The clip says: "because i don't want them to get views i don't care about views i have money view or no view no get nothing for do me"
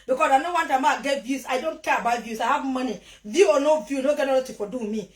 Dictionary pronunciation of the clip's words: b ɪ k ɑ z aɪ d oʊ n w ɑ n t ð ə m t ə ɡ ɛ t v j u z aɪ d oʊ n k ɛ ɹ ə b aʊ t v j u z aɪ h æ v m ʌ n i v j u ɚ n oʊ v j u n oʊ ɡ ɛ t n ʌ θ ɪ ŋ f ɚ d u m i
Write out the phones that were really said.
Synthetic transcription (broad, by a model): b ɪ k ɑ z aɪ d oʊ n w ɑ n t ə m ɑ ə ɡ ɛ t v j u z aɪ d oʊ n k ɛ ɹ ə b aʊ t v j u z aɪ h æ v m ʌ n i v j u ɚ n oʊ v j u n oʊ ɡ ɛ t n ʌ t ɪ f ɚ d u m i